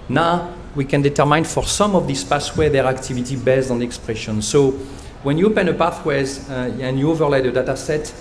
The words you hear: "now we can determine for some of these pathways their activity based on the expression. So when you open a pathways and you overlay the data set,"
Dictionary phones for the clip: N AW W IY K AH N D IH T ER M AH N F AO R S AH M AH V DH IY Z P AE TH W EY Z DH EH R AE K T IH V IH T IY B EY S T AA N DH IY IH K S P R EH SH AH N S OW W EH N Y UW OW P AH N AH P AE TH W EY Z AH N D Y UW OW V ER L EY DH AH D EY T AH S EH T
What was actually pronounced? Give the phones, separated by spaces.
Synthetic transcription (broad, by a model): N AW W IY K AH N D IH T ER M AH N F AO R S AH M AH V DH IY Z P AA S W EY DH EH R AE K T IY V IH T IY B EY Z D AA N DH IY IH K S P R EH SH AH N S OW W EH N Y UW OW P AH N AH P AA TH W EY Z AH N Y UW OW V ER L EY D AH D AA T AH S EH T